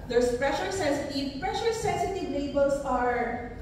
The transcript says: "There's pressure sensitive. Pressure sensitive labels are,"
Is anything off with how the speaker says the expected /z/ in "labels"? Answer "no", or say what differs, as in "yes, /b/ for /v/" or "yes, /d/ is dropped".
yes, /s/ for /z/